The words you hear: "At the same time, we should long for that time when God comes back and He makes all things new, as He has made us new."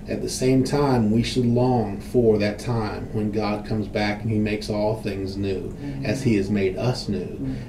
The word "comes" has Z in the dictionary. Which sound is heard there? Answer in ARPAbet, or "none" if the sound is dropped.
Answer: Z